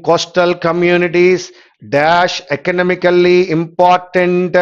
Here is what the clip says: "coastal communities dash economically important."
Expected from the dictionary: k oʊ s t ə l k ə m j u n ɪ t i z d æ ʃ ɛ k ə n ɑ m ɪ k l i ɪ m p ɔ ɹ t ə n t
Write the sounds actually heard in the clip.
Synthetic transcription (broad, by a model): k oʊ s t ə l k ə m j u n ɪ t i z d æ ʃ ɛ k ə n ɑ m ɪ k l i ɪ m p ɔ ɹ t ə n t